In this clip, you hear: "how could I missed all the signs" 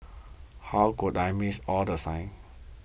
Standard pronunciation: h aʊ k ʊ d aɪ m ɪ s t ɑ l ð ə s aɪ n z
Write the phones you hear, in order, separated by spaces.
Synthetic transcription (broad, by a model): h aʊ k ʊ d aɪ m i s ɑ l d ə s aɪ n